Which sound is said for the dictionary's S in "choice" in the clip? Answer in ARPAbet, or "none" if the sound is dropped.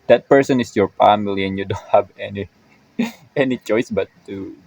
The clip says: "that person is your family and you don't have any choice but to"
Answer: S